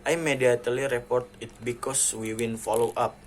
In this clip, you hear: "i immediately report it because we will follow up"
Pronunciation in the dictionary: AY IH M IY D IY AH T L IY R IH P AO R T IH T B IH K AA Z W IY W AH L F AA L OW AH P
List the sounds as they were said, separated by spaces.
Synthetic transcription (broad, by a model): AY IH M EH D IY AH T L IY R IH P AO R T IH T B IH K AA S W IY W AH N F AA L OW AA P